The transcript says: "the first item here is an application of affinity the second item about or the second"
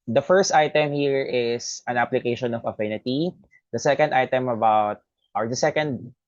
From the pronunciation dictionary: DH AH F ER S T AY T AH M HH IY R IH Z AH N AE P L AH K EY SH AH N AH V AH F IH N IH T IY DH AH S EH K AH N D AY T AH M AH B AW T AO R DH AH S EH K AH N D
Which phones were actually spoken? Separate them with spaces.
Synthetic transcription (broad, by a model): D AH F ER S T AY T AH M HH IY R IH S AH N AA P L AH K EY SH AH N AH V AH F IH N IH T IY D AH S EH K AH N D AY T AH M AH B AW T AO R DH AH S EH K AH N D